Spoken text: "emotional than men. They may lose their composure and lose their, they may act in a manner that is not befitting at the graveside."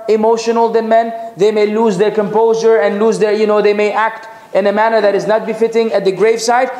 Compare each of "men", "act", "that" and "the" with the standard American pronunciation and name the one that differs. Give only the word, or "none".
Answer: none